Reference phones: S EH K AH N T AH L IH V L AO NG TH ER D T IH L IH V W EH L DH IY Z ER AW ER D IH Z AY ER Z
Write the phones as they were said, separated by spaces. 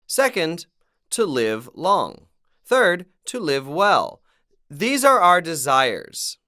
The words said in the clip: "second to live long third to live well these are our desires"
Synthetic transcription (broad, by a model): S EH K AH N T AH L IH V L AO NG TH ER D T IH L IH V W EH L DH IY Z ER AW ER D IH Z AY ER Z